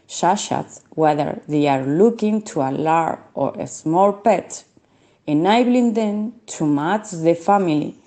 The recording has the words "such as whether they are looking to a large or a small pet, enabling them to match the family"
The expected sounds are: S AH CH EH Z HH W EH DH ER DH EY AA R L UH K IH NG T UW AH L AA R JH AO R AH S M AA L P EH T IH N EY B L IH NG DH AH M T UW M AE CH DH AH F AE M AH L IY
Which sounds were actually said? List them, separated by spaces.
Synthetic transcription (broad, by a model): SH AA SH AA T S W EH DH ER DH EY AA R L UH K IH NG T UW AH L AA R AO R AH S M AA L P EH T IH N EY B L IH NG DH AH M T UW M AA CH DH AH F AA M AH L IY